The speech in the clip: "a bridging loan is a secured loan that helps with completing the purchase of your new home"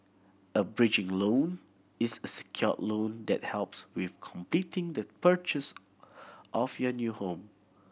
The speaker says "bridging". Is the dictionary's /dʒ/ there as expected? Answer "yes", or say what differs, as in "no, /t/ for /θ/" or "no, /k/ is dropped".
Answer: yes